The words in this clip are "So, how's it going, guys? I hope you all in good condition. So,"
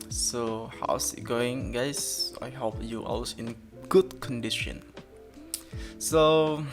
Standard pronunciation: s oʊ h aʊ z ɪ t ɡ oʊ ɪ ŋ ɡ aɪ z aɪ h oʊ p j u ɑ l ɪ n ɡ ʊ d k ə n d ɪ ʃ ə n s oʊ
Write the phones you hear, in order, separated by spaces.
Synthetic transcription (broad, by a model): s oʊ h aʊ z ɪ t ɡ oʊ ɪ ŋ ɡ aɪ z aɪ h oʊ p j u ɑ w ɪ n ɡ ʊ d k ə n d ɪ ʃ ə n s oʊ